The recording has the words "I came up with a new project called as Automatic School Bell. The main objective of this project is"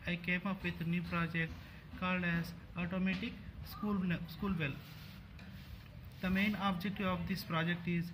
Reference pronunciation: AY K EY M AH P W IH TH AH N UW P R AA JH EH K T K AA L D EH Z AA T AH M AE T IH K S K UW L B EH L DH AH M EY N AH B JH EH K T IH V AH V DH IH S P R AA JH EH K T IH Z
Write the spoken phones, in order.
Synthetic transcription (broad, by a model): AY K EY M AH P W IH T N UW P R AA JH EH K T K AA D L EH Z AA T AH M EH T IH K S K UW L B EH L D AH M EY N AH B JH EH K T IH AH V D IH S P R AA JH EH K T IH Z